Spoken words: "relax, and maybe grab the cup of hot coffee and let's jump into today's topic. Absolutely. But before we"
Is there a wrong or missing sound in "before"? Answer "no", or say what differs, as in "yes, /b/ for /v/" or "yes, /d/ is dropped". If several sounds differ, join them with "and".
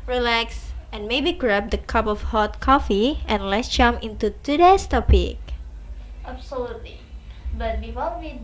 yes, /l/ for /ɹ/